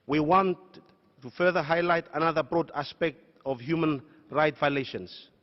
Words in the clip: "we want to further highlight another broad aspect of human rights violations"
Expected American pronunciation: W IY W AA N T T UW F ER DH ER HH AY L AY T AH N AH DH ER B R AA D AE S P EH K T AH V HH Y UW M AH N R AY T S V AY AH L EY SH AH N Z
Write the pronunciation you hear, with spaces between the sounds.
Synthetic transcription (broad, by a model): W IY W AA N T T UW F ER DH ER HH AY L AY T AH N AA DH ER B R AA D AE S P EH K T AH V HH Y UW M AH N R AY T V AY L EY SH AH N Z